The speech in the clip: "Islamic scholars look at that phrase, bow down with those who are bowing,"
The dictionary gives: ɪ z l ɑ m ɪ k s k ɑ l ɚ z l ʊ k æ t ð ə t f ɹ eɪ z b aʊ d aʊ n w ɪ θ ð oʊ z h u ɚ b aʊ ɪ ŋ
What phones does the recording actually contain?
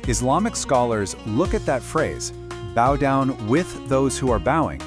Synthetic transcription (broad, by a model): ɪ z l ɑ m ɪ k s k ɑ l ɚ z l ʊ k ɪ t ð ə t f ɹ eɪ z b aʊ d aʊ n w ɪ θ ð oʊ z h u ɚ b aʊ ɪ ŋ